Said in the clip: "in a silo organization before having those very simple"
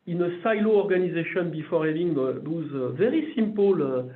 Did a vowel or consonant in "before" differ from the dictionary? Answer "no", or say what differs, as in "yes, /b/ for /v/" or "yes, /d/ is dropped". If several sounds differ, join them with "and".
no